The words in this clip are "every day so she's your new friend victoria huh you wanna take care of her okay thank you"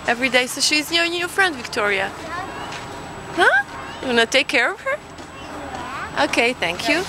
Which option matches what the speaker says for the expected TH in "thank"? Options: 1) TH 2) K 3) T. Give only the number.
1